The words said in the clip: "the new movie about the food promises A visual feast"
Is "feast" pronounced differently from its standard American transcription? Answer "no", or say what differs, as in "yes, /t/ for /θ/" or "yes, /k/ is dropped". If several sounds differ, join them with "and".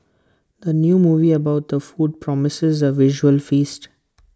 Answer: no